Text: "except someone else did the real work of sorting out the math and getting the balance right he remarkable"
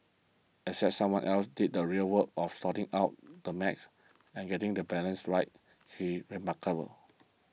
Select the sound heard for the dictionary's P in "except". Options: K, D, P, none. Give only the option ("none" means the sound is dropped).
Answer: none